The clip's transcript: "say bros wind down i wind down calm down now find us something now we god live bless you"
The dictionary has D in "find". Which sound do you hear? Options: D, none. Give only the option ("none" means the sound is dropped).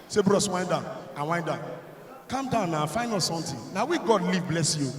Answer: none